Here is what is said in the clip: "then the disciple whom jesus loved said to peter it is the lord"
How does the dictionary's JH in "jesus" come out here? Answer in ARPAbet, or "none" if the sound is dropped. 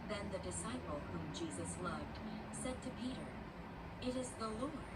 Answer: JH